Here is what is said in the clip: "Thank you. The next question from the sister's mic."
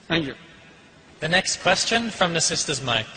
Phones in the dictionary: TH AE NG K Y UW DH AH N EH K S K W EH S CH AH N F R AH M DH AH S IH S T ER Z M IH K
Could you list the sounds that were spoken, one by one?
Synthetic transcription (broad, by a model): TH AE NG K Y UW DH AH N EH K S K W EH S CH AH N F R AH M DH AH S IH S T ER Z M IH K